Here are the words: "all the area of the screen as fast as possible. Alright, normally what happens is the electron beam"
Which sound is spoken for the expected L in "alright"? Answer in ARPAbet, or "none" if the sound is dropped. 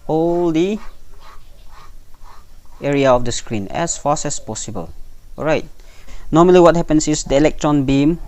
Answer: none